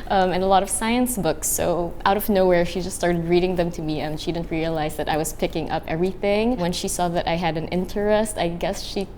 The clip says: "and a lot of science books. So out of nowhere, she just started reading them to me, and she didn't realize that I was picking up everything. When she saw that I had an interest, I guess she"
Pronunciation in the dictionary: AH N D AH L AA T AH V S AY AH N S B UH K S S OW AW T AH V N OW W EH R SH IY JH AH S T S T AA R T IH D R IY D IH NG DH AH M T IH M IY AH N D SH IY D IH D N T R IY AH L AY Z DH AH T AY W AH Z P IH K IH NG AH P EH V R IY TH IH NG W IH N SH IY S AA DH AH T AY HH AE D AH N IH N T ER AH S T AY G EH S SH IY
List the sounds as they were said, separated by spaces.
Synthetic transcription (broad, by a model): AH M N AH L AA T AH V S AY AH N S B UH K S S OW AW T AH V N OW W EH R SH IY JH AH S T S T AA R T IH D R IY D IH NG DH AH M T IH M IY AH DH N SH IY D IH D N T R IY AH L AY Z DH AH T AY W AH Z P IH K IH NG AH P EH V R IY TH IH NG W IH N SH IY S AA DH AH T AY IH D AH N IH N T ER AH S T AY G EH S SH IY